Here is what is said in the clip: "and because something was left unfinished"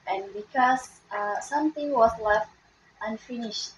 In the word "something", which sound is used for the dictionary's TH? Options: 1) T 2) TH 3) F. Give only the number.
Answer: 1